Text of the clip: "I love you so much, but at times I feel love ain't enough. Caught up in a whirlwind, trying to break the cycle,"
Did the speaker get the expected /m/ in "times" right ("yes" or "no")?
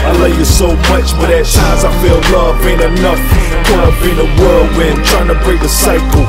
no